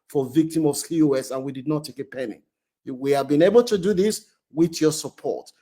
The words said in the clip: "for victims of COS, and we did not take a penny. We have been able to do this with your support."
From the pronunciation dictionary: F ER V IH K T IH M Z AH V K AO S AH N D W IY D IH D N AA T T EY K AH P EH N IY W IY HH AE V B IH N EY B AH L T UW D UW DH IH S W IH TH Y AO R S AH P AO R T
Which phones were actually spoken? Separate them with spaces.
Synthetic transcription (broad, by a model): F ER V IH K T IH M AH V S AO S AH N W IY D IH D N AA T T EY K AH P EH N IY W IY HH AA V B IH N EY B AH L T UW D UW DH IH S W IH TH Y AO S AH P AO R T